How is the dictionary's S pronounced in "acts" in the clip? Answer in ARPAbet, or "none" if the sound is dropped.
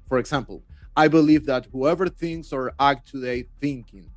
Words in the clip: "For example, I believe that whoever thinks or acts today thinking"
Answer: none